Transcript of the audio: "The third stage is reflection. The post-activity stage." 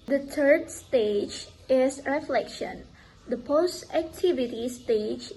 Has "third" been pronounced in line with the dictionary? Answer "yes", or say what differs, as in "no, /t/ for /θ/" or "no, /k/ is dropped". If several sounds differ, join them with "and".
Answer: no, /t/ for /θ/